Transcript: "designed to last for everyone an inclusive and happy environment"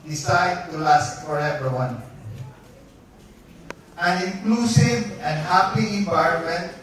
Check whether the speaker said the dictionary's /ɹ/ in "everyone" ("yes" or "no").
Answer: no